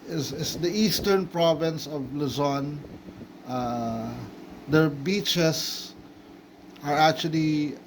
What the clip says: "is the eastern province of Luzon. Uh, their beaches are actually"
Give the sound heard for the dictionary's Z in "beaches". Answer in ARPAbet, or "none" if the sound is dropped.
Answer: S